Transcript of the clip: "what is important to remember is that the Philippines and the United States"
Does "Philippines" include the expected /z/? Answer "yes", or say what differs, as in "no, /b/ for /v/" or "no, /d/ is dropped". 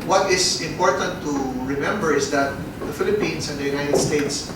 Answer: no, /s/ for /z/